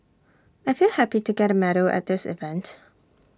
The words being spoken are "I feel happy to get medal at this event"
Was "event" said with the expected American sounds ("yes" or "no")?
yes